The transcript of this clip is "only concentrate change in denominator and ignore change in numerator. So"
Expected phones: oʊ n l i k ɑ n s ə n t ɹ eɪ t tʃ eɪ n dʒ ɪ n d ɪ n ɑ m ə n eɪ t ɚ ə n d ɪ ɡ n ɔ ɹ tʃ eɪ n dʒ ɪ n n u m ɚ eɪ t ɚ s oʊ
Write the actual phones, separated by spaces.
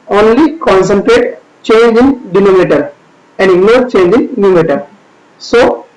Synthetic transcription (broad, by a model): oʊ n l i k ɑ n s ə n t ɹ eɪ t tʃ eɪ n dʒ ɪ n d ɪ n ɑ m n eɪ t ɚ ə n d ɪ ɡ n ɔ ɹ tʃ eɪ n dʒ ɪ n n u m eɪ t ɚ s oʊ